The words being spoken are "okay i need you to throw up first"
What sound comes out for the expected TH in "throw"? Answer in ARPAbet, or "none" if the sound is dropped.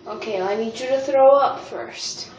TH